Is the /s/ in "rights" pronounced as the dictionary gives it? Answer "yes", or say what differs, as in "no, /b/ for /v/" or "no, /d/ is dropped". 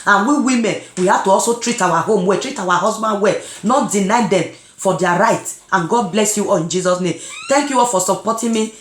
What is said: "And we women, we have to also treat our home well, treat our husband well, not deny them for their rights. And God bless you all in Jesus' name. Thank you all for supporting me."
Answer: no, /s/ is dropped